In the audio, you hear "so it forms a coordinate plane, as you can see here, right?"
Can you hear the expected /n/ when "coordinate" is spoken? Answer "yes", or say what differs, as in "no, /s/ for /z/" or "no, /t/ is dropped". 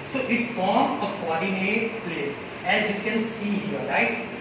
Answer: no, /l/ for /n/